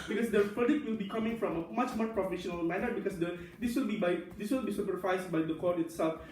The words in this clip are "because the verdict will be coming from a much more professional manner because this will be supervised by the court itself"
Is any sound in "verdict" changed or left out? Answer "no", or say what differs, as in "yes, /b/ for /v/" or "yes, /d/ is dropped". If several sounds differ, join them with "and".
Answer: yes, /p/ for /v/